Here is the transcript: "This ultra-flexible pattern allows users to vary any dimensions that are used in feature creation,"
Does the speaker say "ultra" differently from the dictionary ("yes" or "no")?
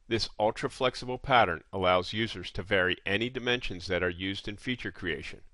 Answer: no